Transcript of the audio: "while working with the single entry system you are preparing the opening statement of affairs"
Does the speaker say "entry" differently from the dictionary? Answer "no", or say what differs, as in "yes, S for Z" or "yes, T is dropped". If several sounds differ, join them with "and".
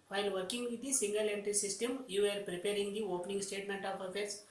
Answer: yes, R is dropped